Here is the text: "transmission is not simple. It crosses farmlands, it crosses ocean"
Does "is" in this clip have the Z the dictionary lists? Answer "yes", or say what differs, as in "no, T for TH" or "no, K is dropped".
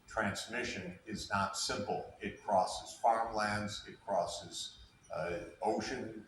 yes